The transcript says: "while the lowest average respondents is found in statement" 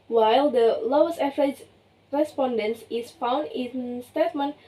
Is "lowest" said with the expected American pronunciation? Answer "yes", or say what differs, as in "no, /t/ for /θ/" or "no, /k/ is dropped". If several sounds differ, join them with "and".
no, /t/ is dropped